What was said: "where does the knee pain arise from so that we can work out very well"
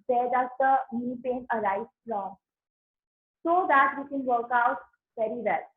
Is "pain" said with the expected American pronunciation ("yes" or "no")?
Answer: yes